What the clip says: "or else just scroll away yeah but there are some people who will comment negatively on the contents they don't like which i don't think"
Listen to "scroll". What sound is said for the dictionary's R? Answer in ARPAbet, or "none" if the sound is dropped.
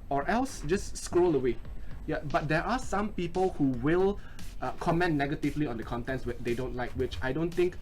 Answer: R